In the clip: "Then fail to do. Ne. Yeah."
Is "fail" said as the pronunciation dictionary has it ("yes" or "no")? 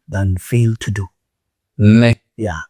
yes